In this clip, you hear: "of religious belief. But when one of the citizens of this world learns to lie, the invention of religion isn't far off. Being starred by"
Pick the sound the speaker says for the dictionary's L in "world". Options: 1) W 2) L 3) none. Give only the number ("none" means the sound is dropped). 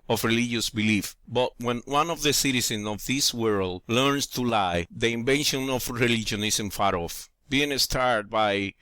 2